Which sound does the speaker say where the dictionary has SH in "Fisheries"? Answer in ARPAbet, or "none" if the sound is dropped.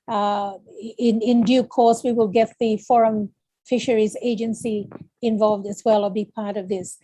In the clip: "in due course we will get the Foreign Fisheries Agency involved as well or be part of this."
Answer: SH